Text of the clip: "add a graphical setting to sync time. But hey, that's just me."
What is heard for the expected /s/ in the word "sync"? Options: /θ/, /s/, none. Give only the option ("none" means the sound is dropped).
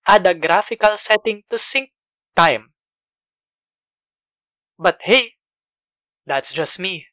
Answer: /s/